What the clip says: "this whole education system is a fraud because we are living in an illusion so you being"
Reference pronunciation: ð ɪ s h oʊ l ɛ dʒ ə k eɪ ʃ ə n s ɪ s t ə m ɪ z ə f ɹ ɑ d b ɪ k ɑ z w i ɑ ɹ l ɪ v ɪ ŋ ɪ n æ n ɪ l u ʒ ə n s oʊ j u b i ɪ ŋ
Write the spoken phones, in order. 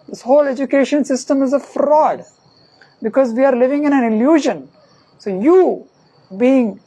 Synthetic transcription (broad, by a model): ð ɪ s h oʊ l ɛ dʒ ə k eɪ ʃ ə n s ɪ s t ə m ɪ z ə f ɹ ɑ d b ɪ k ɑ z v i ɑ ɹ l ɪ v ɪ ŋ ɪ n æ n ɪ l u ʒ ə n s oʊ j u b i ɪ ŋ